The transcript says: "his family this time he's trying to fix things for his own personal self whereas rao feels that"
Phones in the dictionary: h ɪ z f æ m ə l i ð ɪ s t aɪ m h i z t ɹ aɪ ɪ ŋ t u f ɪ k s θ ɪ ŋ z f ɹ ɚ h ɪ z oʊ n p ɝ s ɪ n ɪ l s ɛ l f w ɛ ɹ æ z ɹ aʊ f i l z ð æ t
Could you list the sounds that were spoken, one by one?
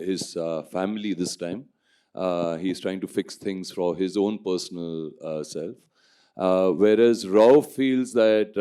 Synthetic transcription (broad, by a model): h ɪ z f æ m ə l i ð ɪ s t aɪ m h i z t ɹ aɪ ɪ ŋ t u f ɪ k s t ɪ ŋ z f ɹ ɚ h ɪ z oʊ n p ɝ s ɪ n ɪ l s ɛ l f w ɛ ɹ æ z ɹ aʊ f i l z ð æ t